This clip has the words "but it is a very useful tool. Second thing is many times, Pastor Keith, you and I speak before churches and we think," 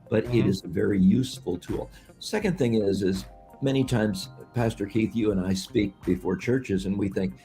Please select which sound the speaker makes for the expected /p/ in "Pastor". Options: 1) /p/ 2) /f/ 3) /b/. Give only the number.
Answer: 1